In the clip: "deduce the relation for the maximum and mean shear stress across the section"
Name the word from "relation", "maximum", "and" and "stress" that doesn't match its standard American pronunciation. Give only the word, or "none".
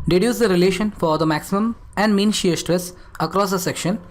none